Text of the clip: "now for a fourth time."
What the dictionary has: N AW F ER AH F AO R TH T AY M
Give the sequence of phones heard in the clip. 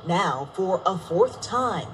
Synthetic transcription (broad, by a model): N AW F ER AH F AO R TH T AY M